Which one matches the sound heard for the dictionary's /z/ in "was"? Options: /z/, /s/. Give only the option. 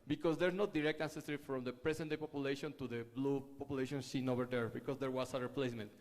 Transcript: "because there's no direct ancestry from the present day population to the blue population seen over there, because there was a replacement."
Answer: /s/